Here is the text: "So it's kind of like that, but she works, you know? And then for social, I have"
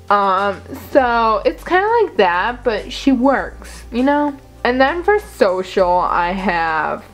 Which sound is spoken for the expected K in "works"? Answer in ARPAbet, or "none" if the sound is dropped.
K